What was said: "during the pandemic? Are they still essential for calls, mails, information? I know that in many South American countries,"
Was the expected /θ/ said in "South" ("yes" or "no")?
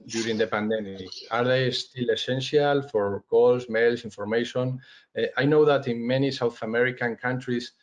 yes